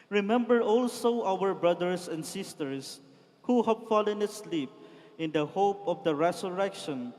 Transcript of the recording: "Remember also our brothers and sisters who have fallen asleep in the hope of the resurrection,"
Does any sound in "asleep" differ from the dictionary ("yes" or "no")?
no